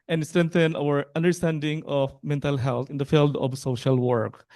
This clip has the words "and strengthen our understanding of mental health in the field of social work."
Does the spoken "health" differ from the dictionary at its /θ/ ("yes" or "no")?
yes